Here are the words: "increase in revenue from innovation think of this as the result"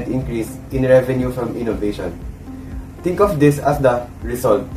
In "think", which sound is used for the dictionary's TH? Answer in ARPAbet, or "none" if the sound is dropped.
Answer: T